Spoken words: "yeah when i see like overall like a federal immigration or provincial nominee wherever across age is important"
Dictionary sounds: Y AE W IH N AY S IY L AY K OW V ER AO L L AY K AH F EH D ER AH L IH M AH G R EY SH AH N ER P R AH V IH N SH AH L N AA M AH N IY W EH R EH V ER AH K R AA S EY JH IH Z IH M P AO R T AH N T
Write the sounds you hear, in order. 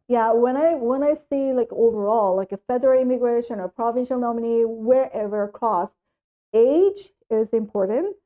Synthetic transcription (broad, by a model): Y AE W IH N AY S IY L AY K OW V ER AO L L AY K AH F EH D ER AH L IH M AH G R EY SH AH N ER P R AH V IH N SH AH L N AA M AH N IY W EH R EH V ER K AA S EY JH IH Z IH M P AO R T N T